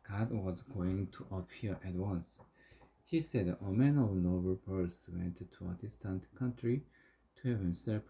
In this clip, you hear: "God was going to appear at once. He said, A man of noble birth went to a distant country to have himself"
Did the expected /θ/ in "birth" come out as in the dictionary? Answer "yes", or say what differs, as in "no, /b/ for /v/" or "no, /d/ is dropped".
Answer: no, /s/ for /θ/